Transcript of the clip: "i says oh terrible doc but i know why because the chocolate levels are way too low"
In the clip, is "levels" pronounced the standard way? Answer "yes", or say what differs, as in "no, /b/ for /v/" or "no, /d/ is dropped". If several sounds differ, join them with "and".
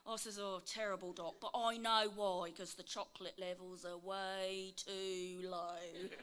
yes